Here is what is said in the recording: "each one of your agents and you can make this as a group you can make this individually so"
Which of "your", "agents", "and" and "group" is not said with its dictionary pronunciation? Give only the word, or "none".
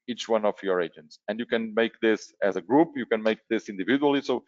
none